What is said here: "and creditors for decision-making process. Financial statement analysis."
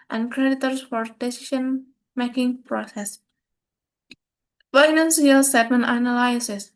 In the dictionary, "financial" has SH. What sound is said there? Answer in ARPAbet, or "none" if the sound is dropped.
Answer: S